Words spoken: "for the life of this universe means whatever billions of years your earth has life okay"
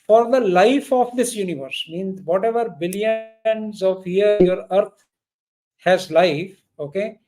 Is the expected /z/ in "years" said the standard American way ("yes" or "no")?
no